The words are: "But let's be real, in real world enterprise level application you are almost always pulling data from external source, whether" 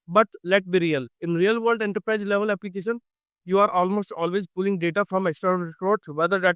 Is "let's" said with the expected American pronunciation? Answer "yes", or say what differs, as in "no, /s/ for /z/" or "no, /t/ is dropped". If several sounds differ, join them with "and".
no, /s/ is dropped